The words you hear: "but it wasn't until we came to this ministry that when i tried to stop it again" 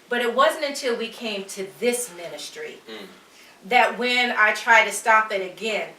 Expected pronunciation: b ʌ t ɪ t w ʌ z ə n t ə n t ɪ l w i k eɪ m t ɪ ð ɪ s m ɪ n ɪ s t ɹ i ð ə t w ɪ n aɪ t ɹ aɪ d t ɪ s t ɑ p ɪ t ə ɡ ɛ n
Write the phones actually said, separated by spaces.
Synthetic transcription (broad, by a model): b ʌ t ɪ t w ʌ z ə n t ə n t ɪ l w i k eɪ m t ɪ ð ɪ s m ɪ n ɪ s t ɹ i ð ə t w ɪ n aɪ t ɹ aɪ d t ɪ s t ɑ p ɪ t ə ɡ ɛ n